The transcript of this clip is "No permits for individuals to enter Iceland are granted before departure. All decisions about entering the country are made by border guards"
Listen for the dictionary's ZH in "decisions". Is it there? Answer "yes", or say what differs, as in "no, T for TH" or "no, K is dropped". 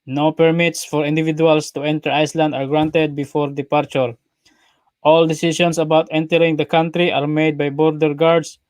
no, S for ZH